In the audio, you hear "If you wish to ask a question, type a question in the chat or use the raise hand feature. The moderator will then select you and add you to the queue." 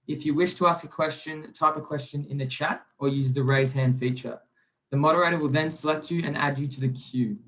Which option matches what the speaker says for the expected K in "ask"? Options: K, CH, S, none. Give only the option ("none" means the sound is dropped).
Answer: K